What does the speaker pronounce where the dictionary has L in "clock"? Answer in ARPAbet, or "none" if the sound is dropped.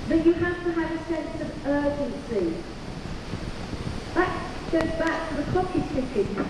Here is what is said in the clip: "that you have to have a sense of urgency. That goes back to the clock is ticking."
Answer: none